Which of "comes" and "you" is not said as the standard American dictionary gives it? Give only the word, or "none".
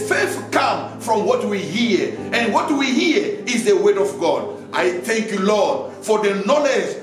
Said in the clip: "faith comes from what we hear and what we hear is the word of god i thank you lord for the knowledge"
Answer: comes